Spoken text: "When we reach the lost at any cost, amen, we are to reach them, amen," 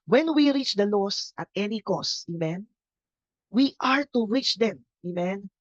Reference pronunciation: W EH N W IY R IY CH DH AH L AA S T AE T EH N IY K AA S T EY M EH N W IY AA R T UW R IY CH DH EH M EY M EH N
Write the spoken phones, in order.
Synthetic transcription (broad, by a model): W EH N W IY R IY CH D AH L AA S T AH T EH N IY K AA S EY M EH N W IY AA R T UW R IY CH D EH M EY M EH N